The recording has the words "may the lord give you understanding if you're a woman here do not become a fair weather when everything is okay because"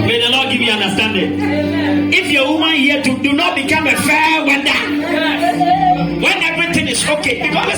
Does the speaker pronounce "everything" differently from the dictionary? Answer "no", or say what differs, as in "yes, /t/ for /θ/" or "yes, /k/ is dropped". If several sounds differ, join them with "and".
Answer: yes, /f/ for /θ/